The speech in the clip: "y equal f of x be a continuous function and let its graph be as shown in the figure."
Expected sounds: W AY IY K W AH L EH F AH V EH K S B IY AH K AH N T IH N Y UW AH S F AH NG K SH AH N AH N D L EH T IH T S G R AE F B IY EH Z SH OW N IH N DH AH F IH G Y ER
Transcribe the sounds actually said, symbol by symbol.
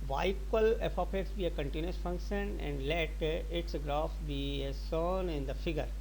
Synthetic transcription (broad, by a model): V AY K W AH L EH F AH P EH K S B IY AH K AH N T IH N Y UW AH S F AH NG K SH AH N AH N D L EH T IH T S G R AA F B IY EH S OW N IH N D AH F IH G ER